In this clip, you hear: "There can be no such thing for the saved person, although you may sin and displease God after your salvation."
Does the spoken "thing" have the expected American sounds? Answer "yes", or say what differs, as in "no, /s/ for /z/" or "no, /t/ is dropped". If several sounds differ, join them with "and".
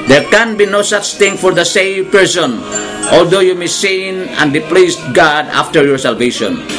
no, /t/ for /θ/